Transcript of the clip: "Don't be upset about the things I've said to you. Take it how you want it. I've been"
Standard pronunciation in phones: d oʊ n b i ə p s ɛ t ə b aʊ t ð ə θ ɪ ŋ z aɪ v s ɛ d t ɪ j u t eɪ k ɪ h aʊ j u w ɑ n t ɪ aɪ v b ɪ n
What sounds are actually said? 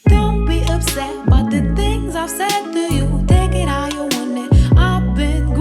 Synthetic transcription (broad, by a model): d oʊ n b i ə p s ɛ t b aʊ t ð ə θ ɪ ŋ z aɪ v s ɛ d t ɪ j u t eɪ k ɪ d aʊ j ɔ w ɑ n ɪ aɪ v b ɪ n